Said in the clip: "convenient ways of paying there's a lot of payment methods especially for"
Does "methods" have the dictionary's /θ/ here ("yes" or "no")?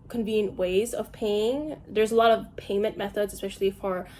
yes